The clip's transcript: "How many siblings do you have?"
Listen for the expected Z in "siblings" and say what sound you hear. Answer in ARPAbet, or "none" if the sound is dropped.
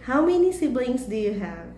S